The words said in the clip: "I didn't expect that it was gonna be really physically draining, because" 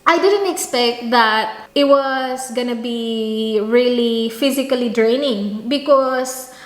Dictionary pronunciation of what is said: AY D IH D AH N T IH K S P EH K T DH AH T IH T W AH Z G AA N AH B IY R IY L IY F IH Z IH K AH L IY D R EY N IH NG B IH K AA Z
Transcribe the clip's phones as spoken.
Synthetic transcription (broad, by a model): AY D IH D AH N T IH K S P EH K T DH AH T IH T W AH S G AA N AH B IY R IY L IY F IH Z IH K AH L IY D R EY N IH NG B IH K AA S